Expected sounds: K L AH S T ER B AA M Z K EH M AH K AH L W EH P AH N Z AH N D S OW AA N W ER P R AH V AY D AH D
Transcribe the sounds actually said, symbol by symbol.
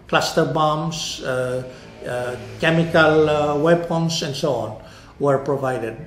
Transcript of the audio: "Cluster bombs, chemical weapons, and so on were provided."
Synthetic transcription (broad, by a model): K L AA S T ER B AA M S K EH M AH K AH L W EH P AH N S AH N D S OW AA N W ER P R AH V AY D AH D